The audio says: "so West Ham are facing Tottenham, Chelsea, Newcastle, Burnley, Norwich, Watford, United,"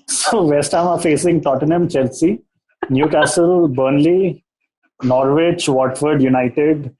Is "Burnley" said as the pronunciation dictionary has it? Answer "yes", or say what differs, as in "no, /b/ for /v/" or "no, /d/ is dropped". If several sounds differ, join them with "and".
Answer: yes